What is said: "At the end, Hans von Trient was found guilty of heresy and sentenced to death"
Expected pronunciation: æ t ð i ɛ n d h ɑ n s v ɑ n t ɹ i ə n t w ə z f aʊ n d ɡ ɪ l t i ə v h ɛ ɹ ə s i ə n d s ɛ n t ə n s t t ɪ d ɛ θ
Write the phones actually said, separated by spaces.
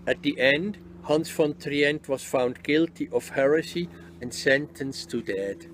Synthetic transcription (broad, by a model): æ t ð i ɛ n d h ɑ n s f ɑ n t ɹ i ə n t w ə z f aʊ n d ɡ ɪ l t i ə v h ɛ ɹ ə s i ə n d s ɛ n t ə n s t t ɪ d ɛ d